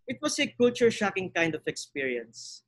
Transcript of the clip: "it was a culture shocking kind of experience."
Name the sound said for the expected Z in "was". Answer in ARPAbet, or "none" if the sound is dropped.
S